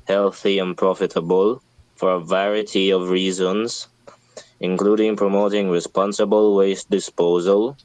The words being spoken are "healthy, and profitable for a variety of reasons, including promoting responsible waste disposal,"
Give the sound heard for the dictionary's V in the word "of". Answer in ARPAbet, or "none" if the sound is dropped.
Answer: V